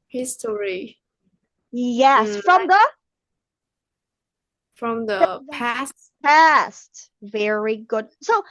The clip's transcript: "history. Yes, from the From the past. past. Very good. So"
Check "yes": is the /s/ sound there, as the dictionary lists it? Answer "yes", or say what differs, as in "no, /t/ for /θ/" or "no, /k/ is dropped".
yes